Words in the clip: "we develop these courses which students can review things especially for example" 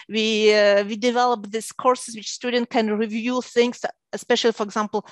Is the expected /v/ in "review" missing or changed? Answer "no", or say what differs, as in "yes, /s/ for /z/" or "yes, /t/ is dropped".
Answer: no